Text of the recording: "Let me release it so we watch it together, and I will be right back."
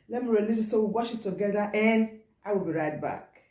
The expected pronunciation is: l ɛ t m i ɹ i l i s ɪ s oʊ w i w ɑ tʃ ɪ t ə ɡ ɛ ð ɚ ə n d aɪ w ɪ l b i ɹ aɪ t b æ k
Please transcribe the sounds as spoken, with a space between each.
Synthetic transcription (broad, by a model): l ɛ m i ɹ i n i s ɪ s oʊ w i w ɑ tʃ ɪ t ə ɡ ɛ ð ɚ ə n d aɪ w ɪ l b i ɹ aɪ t b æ k